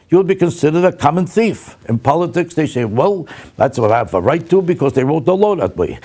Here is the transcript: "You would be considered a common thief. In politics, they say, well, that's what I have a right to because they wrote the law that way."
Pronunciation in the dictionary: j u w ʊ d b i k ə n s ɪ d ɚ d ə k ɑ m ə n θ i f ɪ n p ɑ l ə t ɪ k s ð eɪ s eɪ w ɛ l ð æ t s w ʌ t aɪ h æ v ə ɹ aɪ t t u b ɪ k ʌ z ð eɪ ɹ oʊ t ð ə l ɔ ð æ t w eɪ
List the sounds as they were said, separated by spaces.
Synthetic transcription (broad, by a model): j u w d b i k ə n s ɪ d ɚ d ə k ɑ m ə n θ i f ɪ n p ɑ l ə t ɪ k s ð eɪ s eɪ w ɛ l ð æ t s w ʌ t aɪ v ə ɹ aɪ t t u b ɪ k ʌ z ð eɪ ɹ oʊ t ð ə l ɔ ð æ t w eɪ